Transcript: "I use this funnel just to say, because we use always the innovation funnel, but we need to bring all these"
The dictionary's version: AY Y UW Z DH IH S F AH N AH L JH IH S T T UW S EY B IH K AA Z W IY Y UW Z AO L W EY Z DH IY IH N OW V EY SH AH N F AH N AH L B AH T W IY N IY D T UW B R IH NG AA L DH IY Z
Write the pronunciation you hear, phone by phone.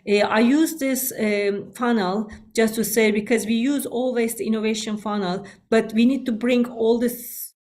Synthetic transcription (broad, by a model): AY Y UW Z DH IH S F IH N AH L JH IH S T T UW S EY B IH K AA Z W IY Y UW Z AO L W EY Z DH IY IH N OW V EY SH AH N F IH N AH L B AH T W IY N IY D T UW B R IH NG AA L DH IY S